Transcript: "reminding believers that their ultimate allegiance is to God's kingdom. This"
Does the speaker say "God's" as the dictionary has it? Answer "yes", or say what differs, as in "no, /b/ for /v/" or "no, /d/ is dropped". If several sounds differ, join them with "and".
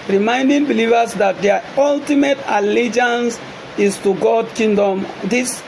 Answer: no, /z/ is dropped